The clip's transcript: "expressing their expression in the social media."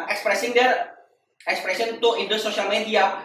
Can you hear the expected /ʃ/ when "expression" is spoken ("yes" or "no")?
no